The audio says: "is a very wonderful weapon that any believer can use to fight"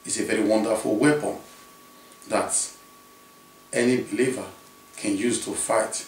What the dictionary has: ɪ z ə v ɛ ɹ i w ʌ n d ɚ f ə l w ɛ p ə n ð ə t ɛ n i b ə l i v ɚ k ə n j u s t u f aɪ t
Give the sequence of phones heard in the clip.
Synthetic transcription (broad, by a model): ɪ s ə v ɛ ɹ i w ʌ n d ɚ f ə l w ɛ p ə n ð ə t ɛ n i b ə l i v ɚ k ə n j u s t u f aɪ t